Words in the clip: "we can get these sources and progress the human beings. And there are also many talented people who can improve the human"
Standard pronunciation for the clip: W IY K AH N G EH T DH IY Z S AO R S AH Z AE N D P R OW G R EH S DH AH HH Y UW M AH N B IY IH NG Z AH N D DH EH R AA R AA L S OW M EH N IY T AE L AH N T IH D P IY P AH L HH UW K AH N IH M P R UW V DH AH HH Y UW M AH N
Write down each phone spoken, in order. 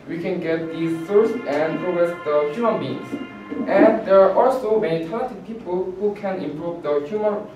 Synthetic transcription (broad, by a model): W IY K AH N G EH T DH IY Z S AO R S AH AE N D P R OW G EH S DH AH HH Y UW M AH N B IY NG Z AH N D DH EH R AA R AA L S OW M EH N IY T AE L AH T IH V P IY P AH L HH UW K AH N IH M P R UW V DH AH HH Y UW M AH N